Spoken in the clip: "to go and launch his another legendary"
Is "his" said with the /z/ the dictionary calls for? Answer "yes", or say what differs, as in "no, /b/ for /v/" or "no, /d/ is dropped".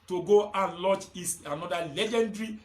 no, /s/ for /z/